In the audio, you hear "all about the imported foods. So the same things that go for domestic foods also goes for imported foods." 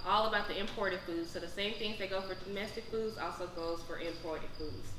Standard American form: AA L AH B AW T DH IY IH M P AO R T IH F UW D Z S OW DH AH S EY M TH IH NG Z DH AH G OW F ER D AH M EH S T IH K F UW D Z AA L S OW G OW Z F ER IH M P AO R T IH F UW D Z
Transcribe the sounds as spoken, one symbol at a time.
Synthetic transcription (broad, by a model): AA L AH B AW T DH IY IH M P AO R T IH F UW D Z S OW DH AH S EY M TH IH NG Z DH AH G OW F ER D AH M EH S T IH K F UW D Z AA L S OW G OW Z F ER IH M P AO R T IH F UW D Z